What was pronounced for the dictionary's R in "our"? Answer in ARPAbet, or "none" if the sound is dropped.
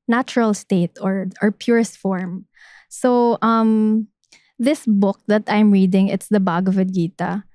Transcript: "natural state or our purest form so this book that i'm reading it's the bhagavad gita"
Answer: R